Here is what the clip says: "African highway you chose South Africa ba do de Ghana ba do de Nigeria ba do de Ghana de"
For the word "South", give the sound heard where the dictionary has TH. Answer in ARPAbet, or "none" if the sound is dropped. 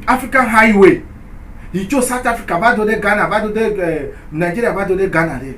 T